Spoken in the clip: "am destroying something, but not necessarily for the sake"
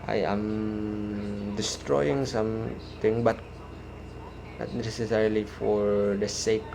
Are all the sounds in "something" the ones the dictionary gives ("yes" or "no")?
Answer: no